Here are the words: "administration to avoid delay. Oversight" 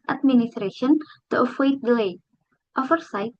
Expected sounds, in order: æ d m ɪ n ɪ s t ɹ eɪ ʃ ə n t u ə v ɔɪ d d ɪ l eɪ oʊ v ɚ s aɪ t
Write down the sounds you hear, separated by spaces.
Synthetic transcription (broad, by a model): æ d m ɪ n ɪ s t ɹ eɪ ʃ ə n t u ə w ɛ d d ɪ l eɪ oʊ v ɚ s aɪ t